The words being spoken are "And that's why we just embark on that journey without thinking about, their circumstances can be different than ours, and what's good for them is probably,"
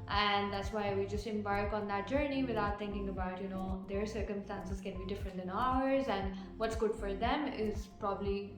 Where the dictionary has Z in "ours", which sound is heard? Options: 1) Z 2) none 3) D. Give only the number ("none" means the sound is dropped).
1